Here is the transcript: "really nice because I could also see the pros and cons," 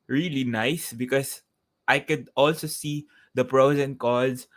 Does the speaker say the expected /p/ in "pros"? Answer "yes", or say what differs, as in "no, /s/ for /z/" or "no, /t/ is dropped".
yes